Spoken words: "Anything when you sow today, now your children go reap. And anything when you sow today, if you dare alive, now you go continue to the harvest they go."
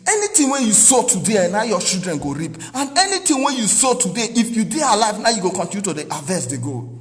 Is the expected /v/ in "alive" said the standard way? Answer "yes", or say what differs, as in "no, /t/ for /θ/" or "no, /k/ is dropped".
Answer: yes